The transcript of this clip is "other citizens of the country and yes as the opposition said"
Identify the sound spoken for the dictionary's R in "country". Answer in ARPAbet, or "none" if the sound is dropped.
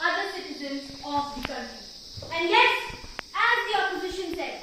none